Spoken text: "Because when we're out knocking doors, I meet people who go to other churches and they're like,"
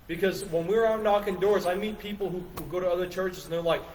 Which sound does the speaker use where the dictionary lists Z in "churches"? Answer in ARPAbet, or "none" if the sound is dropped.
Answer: Z